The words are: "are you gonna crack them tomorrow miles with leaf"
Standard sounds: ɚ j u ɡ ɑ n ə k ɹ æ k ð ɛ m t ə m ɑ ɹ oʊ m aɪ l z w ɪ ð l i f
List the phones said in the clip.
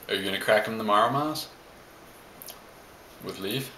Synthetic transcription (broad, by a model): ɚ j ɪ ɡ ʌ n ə k ɹ æ k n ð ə m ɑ ɹ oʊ m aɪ z w ɪ ð l i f